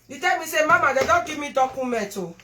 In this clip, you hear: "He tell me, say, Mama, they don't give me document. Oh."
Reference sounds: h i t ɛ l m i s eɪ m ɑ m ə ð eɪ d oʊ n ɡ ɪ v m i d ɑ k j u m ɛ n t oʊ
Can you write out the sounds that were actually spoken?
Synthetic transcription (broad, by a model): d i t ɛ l m i s eɪ m ɑ m ə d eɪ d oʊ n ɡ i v m i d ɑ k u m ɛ t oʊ